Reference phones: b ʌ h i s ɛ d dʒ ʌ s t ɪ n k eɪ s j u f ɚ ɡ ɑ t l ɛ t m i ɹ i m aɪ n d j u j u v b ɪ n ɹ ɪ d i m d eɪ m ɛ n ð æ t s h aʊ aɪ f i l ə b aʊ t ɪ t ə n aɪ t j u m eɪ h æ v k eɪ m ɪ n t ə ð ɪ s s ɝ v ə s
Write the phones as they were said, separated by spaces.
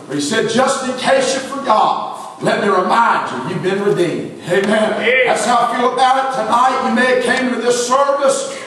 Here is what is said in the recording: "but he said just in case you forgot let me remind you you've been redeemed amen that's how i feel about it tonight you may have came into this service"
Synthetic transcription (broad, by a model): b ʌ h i s ɛ d dʒ ʌ s t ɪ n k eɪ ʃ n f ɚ ɡ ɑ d l ɛ t m i ɹ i m aɪ n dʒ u j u v b ɪ n ɹ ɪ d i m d eɪ m ɛ n ð æ t s h aʊ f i l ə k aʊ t ɪ t ə n aɪ t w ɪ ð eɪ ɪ k eɪ ɪ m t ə ð ɪ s s ɝ v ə s